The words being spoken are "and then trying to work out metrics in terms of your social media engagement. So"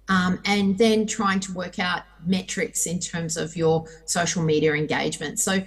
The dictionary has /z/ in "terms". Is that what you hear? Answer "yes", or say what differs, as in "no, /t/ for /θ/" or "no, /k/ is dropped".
yes